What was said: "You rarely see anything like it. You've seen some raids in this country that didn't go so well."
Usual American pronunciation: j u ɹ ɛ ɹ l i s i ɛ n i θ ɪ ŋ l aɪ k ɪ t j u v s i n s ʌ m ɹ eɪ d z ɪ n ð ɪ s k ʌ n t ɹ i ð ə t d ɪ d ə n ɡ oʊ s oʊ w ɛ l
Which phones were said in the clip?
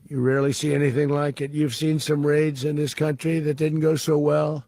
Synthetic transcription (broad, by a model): j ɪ ɹ ɛ ɹ l i s i ɛ n i θ ɪ ŋ l aɪ k ɪ t j u v s i n s ʌ m ɹ eɪ d z ɪ n ð ɪ s k ʌ n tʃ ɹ i ð ə t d ɪ d n ɡ oʊ s oʊ w ɛ l